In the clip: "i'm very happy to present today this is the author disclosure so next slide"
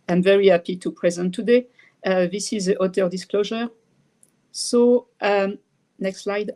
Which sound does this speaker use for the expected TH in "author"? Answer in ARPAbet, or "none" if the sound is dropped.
T